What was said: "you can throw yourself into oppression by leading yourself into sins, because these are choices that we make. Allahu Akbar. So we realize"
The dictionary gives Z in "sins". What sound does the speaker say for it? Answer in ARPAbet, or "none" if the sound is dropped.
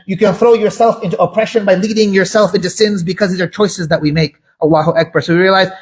Z